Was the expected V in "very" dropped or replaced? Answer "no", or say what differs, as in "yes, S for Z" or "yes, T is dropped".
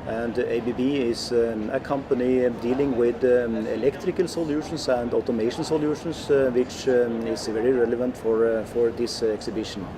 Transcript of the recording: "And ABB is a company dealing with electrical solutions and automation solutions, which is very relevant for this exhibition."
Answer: no